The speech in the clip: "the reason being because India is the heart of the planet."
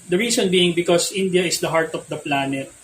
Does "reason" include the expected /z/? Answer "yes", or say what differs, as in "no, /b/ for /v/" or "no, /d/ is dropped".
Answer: no, /s/ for /z/